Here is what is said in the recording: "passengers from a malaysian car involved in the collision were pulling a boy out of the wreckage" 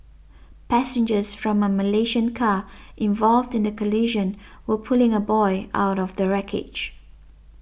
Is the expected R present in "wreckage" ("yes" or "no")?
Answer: yes